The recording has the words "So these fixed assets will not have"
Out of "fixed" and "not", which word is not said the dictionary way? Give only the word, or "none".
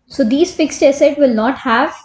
none